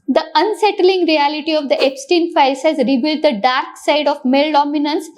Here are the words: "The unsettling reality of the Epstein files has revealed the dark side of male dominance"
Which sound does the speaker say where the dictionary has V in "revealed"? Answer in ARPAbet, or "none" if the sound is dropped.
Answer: B